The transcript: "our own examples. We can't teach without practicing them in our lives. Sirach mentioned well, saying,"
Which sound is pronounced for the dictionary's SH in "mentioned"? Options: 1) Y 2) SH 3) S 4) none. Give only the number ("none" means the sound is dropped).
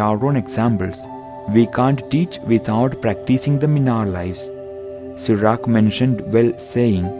2